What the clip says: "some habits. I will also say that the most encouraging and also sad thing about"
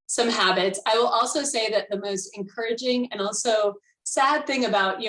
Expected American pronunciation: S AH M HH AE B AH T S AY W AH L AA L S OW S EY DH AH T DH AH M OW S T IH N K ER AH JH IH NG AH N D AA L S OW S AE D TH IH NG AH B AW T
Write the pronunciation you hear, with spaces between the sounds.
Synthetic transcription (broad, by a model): S AH M HH AE B AH T S AY W AH L AA L S OW S EY DH AH T DH AH M OW S T IH N K ER AH JH IH NG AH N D AA L S OW S AE D TH IH NG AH B AW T